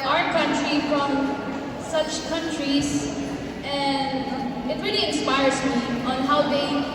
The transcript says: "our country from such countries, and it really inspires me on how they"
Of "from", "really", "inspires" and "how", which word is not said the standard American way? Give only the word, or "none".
none